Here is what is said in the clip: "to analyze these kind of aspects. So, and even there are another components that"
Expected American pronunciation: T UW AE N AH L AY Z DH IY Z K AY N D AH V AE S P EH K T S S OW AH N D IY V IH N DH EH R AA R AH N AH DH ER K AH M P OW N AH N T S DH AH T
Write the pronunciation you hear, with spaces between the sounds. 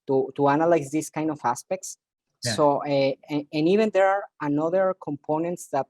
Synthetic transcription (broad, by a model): T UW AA N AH L AY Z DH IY S K AY N D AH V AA S P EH K T S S OW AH N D IY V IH N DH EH R AA R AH N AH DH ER K AH M P OW N AH N T S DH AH T